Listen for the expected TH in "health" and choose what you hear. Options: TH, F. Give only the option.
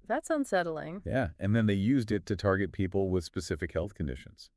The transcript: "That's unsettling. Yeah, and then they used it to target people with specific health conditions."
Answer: TH